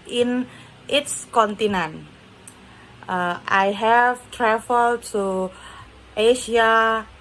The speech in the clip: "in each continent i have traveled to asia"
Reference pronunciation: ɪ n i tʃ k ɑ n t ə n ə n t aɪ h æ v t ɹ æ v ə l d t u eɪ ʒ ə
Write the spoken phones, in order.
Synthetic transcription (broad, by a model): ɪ n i s k ɑ n t ə n ə n t aɪ h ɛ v t ɹ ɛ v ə l t u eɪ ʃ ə